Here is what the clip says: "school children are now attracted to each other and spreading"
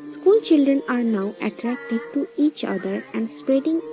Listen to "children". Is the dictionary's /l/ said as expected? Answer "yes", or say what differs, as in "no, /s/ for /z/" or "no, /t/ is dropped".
yes